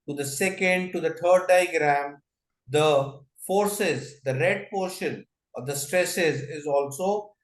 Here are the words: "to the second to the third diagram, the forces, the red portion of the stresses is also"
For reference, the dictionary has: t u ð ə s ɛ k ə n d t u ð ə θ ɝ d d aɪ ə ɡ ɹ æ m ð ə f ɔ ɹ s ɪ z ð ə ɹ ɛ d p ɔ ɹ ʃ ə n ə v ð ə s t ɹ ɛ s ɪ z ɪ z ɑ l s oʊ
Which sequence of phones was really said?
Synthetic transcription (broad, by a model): t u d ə s ɛ k ə n d t u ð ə t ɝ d d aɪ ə ɡ ɹ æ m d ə f ɔ ɹ s ɪ z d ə ɹ ɛ d p ɔ ɹ ʃ ə n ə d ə s t ɹ ɛ s ɪ z ɪ z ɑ l s oʊ